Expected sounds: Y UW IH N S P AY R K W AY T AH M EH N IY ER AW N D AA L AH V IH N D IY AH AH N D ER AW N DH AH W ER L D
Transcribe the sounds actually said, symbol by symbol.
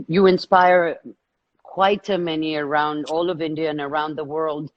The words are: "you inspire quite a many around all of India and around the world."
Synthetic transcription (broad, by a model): Y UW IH N S P AY R K W AY T AH M EH N IY ER AW N D AA L AH V IH N D IY AH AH N ER AW N DH AH W ER L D